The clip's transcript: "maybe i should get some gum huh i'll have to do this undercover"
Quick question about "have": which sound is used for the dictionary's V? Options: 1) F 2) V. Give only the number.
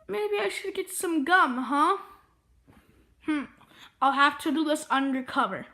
1